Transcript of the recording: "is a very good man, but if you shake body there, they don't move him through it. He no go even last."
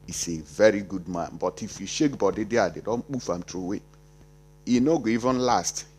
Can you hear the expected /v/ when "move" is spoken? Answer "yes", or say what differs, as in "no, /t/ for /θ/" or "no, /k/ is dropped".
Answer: no, /f/ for /v/